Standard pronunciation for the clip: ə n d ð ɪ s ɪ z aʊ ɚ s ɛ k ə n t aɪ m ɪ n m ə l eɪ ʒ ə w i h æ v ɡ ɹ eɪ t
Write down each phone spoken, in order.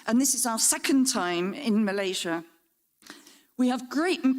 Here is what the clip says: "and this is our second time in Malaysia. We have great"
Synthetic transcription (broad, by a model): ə n ð ɪ s ɪ z aʊ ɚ s ɛ k ə n t aɪ m ɪ n m ə l eɪ ʒ ə w i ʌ v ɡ ɹ eɪ t